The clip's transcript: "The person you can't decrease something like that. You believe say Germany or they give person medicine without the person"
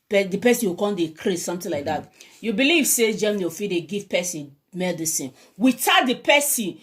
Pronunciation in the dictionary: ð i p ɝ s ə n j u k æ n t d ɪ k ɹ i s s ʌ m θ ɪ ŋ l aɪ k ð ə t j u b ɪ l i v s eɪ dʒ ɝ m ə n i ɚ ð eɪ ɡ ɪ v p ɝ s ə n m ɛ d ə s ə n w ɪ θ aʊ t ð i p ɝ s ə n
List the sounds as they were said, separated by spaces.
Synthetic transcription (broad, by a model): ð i p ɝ s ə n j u k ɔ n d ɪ k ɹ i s s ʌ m t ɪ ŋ l aɪ k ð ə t j u b ɪ l i v s eɪ dʒ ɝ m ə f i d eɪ ɡ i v p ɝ s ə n m ɛ d ə s ə n w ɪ t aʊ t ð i p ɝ s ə n